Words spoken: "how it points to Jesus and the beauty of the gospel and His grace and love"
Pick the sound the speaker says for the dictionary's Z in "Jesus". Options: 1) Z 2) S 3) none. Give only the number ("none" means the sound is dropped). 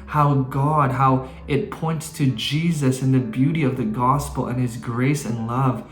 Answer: 1